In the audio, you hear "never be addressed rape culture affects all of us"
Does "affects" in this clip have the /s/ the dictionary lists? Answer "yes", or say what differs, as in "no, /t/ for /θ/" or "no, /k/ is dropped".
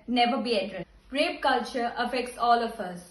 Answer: yes